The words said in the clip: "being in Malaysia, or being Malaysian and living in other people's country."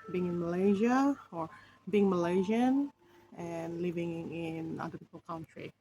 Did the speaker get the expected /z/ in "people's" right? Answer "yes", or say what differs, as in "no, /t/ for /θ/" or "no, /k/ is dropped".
no, /z/ is dropped